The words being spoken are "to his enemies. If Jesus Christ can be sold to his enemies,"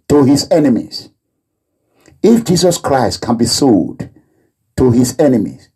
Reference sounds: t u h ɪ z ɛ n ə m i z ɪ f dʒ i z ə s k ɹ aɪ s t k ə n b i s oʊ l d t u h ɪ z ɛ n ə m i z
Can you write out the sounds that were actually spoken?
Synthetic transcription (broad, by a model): t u h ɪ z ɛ n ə m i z ɪ f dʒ i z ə s k ɹ aɪ s t k ə n b i s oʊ d t u h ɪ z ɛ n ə m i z